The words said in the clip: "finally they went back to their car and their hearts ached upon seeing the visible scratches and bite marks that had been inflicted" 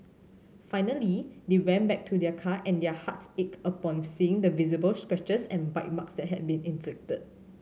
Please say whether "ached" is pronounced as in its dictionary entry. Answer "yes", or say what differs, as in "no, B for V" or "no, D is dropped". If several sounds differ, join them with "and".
no, T is dropped